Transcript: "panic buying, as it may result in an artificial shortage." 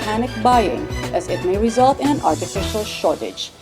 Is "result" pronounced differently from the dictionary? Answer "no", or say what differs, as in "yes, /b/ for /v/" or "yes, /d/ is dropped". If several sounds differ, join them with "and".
no